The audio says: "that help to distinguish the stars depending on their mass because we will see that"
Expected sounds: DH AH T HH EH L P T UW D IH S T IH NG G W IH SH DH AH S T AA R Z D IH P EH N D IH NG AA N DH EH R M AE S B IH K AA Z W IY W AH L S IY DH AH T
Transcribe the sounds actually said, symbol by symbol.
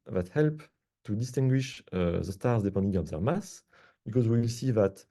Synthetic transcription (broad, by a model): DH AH T HH EH L P T UW D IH S T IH NG G W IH SH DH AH S T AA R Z D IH P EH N D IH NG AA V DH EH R M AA S B IH K AA Z W IY W AH L S IY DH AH T